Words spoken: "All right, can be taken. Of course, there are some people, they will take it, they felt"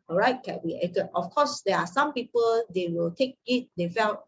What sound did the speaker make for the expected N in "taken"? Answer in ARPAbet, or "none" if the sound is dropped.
none